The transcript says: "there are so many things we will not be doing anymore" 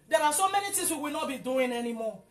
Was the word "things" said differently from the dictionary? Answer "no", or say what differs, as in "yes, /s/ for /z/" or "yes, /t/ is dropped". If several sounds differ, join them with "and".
yes, /t/ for /θ/